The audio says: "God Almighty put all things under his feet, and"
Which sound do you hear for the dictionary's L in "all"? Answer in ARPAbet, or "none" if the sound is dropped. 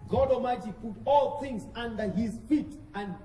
L